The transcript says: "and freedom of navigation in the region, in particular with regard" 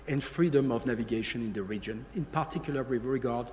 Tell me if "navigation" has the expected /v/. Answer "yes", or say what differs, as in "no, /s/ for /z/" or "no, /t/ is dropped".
yes